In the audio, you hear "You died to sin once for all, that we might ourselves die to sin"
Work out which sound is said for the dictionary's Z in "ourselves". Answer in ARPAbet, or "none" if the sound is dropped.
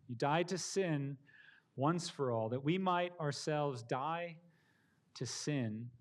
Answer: Z